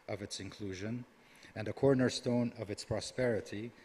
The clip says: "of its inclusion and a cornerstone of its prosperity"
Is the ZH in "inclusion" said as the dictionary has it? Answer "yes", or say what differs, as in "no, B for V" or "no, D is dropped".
yes